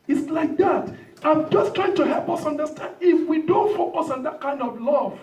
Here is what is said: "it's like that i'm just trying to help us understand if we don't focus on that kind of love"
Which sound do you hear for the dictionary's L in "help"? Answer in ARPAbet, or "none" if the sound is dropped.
L